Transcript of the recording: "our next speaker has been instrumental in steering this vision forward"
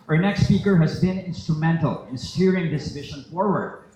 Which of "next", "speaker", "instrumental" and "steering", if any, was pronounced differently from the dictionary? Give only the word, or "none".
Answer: none